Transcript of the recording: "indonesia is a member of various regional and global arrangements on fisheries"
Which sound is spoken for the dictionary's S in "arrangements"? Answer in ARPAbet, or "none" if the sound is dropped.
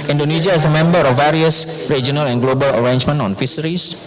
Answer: none